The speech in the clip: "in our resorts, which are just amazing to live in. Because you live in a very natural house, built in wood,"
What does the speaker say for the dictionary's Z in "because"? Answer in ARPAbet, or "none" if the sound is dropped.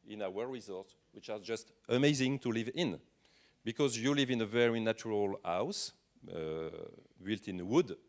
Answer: Z